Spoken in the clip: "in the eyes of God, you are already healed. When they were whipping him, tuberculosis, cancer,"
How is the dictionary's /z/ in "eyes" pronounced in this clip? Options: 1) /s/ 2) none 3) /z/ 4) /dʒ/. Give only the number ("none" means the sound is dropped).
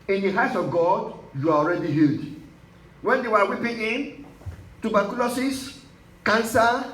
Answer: 1